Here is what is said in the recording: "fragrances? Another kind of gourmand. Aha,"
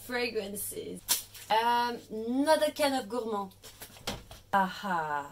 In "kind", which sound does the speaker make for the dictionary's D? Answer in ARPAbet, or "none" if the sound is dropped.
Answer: none